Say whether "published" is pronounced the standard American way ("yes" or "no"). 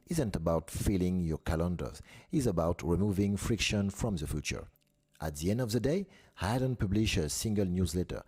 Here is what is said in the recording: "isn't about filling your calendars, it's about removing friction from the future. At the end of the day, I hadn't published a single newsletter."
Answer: no